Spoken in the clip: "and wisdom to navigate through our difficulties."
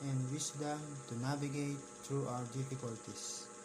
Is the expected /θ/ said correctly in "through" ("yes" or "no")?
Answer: no